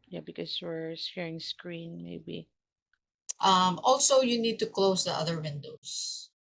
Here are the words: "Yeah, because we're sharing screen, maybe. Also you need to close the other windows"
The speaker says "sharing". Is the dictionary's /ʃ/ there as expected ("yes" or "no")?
no